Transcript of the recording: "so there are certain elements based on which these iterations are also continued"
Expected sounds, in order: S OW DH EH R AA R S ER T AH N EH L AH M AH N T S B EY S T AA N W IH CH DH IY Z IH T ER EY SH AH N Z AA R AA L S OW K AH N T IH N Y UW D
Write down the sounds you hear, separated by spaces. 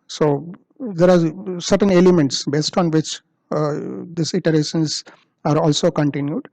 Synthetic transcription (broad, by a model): S OW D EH R AA R S ER T AH N EH L AH M AH N T S B EY S T AA N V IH CH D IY S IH T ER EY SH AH N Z AA R AA L S OW K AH N T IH N Y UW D